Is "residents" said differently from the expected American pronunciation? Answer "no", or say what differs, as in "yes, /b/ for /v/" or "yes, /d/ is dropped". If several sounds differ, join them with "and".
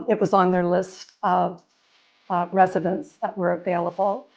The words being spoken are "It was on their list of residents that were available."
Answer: no